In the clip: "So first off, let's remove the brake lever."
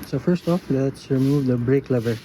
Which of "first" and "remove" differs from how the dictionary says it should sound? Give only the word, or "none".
none